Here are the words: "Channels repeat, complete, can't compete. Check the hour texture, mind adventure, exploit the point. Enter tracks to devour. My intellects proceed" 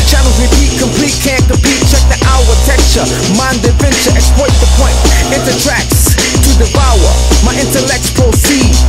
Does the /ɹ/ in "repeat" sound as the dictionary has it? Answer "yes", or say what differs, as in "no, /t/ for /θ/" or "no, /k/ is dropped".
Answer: no, /w/ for /ɹ/